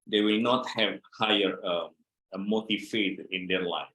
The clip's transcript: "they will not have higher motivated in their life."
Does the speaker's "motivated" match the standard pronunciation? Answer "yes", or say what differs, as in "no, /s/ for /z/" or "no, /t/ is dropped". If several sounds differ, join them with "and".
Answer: no, /f/ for /v/